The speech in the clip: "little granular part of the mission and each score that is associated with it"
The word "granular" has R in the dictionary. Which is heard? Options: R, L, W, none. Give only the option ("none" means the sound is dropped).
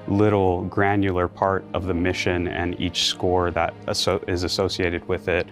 R